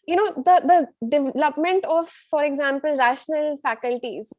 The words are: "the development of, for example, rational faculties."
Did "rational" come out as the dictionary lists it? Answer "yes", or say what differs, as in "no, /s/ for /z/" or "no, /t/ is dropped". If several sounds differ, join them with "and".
yes